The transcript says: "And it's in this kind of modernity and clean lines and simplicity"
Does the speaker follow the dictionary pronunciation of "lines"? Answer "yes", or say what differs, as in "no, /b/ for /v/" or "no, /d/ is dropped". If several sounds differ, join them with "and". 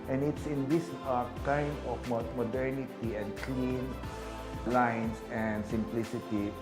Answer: no, /s/ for /z/